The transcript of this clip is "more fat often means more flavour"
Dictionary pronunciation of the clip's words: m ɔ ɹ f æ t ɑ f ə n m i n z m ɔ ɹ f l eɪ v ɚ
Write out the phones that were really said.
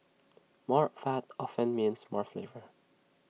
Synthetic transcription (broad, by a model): m ɔ ɹ f æ t ɑ f ə n m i n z m ɔ ɹ f l eɪ v ɚ